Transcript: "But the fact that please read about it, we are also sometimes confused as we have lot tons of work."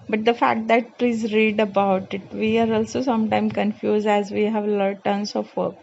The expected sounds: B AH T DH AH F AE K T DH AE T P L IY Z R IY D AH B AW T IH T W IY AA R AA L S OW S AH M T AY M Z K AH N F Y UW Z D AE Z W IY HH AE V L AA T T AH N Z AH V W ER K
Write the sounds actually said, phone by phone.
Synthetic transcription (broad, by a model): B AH T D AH F AE K T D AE T P L IY Z R IY D AH B AW T IH T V IY AA R AA L S OW S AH M T AY M K AH N F Y UW Z D AE Z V IY HH AE V L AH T T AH N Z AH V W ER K